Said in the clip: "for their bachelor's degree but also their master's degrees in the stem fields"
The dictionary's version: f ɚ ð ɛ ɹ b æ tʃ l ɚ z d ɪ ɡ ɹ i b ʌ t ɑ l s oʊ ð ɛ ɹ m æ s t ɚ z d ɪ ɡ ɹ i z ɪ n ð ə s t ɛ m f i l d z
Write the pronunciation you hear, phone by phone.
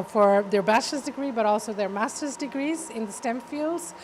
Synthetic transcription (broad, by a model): f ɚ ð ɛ ɹ b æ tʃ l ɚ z d ɪ ɡ ɹ i b ʌ t ɑ l s oʊ ð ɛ ɹ m æ s t ɚ z d ɪ ɡ ɹ i z ɪ n ð ə s t ɛ m f i l d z